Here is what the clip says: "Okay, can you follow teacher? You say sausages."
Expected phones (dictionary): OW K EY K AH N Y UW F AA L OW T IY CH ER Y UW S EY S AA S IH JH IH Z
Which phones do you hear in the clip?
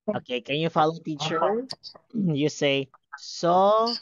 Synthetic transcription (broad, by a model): OW K EY K AH N Y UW F AA L OW T IY CH ER Y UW S EY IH S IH